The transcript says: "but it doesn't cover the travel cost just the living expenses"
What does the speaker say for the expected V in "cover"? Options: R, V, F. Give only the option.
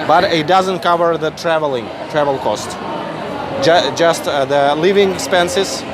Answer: V